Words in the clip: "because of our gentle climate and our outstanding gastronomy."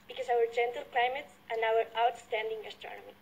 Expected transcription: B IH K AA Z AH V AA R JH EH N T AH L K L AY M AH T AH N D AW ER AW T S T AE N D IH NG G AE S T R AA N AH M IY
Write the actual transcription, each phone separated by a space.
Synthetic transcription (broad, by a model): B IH K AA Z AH W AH R JH EH N T AH L K L AY M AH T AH N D AW ER AW T S T AE N D IH NG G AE S T R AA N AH M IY